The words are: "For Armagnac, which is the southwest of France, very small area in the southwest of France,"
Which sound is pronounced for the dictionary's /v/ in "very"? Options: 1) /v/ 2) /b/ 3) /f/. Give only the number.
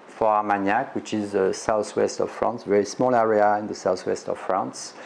1